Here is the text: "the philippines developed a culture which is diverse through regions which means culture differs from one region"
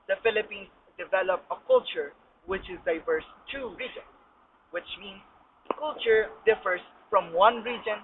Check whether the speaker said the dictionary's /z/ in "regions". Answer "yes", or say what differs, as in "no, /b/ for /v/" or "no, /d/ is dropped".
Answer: no, /s/ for /z/